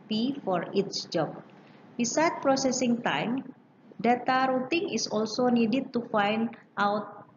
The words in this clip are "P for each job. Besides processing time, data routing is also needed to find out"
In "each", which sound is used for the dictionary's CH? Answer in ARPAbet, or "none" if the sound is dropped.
S